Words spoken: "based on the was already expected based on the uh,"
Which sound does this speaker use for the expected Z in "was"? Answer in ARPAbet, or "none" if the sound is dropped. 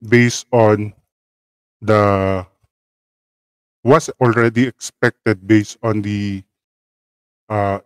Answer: S